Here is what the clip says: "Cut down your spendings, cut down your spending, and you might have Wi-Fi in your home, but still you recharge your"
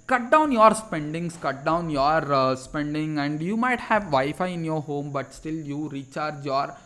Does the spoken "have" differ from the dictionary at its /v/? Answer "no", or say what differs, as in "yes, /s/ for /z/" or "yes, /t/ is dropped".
no